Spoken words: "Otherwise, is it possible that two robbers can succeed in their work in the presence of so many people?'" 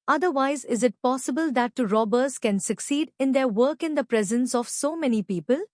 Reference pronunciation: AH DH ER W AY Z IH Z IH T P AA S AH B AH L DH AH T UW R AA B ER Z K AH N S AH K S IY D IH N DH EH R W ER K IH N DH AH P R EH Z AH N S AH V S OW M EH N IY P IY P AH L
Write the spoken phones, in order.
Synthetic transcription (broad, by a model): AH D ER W AY Z IH Z IH T P AA S AH B AH L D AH T UW R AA B ER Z K AH N S AH K S IY D IH N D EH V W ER K IH N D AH P R EH Z AH N S AH V S OW M EH N IY P IY P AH L